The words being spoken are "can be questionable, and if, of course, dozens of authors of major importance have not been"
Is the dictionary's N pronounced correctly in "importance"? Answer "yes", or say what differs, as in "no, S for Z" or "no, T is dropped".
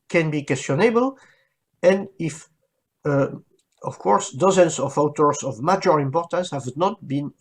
yes